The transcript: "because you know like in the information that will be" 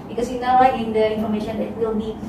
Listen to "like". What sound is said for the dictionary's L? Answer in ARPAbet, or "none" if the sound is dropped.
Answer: W